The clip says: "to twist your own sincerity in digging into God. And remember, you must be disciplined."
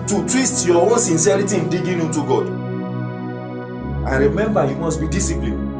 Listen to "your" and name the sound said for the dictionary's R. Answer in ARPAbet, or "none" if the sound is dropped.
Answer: W